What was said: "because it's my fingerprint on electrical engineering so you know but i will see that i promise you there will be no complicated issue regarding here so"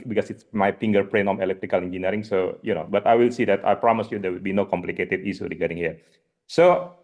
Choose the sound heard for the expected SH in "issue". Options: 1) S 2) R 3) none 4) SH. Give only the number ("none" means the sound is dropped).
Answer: 1